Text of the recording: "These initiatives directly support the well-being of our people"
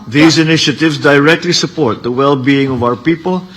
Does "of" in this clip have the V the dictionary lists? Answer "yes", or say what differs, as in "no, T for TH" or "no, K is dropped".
yes